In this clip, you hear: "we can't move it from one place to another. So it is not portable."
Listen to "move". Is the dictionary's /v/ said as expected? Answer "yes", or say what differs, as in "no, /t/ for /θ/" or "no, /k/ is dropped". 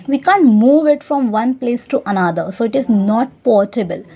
yes